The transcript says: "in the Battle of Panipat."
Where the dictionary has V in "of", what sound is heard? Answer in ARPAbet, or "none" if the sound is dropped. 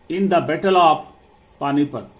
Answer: P